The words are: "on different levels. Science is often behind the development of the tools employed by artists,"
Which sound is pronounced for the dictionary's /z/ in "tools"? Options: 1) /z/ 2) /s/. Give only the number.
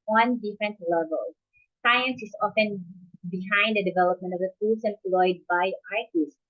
2